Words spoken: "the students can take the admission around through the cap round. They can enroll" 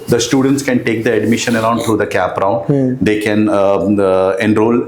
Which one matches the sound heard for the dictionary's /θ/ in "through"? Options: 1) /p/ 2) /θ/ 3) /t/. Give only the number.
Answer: 3